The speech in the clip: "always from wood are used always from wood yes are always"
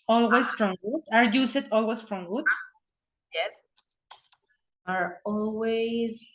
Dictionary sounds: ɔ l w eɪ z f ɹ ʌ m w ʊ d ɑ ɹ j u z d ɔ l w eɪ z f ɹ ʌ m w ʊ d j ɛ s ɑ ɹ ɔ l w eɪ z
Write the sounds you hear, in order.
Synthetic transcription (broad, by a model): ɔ l w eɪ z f ɹ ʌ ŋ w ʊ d ɑ ɹ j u s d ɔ l w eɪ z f ɹ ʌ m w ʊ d j ɛ s ɑ ɹ ɔ l w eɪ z